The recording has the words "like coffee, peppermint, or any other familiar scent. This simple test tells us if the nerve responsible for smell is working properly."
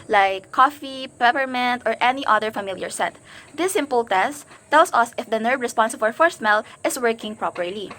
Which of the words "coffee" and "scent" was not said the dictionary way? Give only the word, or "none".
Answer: scent